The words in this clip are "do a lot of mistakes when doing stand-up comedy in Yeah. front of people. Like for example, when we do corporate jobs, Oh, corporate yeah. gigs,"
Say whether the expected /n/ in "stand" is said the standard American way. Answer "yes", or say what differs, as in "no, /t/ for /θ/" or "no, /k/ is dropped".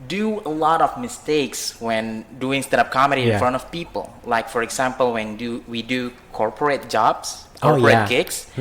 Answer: no, /n/ is dropped